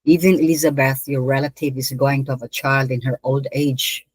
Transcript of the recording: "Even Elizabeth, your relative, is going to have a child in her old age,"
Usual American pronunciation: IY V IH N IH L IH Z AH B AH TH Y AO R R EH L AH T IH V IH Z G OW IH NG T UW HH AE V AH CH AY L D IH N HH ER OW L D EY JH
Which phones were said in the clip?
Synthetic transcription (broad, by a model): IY V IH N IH L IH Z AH B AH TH Y AO R R EH L AH T IH V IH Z G OW IH NG T UW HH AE V AH CH AY L D IH N HH ER OW L D EY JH